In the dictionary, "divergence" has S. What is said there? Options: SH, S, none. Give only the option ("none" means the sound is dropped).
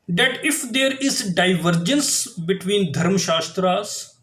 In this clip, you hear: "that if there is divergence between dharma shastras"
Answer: S